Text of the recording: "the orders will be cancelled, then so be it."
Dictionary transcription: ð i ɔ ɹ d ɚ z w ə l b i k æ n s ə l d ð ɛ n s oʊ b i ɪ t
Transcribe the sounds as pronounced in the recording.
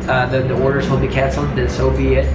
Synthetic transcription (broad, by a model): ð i ɔ ɹ d ɚ z w ə l b i k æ n s l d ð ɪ s oʊ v i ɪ t